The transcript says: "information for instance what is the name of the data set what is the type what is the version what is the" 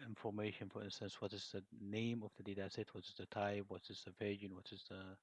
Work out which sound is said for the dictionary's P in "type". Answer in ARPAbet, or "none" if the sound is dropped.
B